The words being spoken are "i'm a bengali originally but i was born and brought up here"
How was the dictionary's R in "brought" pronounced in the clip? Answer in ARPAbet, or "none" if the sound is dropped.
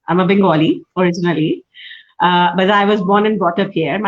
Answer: none